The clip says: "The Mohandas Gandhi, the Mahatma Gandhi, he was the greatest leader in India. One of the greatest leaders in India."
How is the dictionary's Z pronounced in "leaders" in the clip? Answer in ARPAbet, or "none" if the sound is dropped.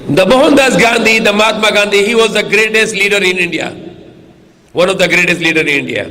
none